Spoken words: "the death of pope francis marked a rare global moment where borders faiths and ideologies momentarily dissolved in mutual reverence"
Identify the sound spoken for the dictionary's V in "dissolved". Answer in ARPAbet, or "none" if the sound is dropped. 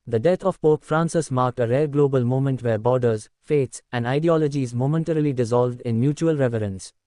V